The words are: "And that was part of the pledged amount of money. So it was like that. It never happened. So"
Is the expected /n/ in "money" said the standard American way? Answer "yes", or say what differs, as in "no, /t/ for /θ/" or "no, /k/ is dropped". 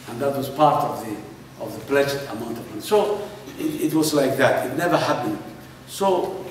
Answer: no, /n/ is dropped